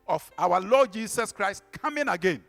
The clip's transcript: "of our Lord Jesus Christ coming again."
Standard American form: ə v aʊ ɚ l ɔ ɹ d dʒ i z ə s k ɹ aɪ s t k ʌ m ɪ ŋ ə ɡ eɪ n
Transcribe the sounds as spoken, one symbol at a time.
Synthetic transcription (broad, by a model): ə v aʊ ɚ l ɔ d dʒ i s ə s k ɹ aɪ s t k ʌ m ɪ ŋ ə ɡ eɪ n